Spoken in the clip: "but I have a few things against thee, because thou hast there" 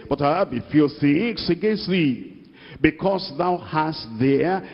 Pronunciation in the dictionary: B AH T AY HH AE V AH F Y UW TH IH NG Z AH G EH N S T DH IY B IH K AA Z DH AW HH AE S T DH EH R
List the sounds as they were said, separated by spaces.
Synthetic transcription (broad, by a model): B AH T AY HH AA B AH F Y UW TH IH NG S AH G EH N S T DH IY B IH K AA S DH AW HH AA S T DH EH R